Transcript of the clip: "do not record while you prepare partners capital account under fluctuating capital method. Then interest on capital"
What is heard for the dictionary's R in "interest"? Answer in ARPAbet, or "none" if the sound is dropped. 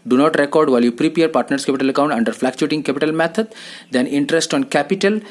R